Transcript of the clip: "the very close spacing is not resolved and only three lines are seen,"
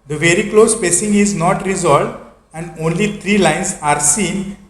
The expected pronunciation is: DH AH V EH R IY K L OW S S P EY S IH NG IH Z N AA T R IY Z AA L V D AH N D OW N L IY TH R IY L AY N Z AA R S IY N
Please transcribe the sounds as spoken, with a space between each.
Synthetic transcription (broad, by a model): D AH V EH R IY K L OW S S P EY S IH NG IH Z N AA T R IY Z AA L V D AH N D OW N L IY T R IY L AY N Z AA R S IY N